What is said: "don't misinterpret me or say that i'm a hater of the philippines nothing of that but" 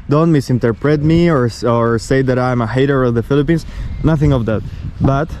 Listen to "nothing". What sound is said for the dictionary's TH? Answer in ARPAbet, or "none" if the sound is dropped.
TH